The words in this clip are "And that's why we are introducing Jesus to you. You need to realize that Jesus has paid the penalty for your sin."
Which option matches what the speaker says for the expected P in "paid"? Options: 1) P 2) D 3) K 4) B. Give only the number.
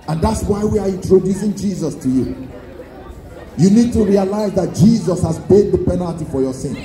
4